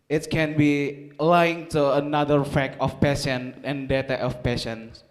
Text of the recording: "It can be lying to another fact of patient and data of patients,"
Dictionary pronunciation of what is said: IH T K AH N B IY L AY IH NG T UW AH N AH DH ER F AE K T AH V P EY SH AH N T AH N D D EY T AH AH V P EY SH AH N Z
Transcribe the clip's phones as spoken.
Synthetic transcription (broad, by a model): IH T K AH N B IY L AY IH NG T UW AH N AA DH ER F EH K AH F P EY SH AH N AH N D D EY T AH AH F P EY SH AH N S